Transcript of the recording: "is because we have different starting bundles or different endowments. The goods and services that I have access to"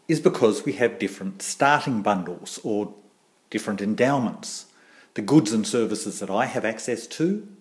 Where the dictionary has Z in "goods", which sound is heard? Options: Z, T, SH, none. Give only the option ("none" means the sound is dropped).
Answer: Z